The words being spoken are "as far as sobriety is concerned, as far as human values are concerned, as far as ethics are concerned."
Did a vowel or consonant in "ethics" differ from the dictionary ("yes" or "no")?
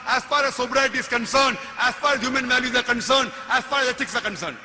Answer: yes